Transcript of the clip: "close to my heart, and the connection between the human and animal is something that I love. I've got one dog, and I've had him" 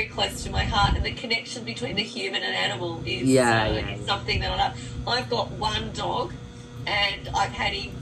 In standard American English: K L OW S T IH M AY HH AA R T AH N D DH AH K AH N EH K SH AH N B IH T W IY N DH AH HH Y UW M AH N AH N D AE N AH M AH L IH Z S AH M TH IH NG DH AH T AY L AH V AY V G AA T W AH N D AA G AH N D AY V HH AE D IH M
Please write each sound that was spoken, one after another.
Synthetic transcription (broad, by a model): K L OW S T IH M AY HH AA R T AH N DH AH K AH N EH K SH AH N B IH T W IY N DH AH HH Y UW M AH N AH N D AE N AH M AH L IH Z S AH M TH IH NG DH AH T AY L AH AY V G AA T W AH N D AA G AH N AY V HH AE D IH